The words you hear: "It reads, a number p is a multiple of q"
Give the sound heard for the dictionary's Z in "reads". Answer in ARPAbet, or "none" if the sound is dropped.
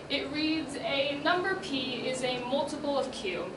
Z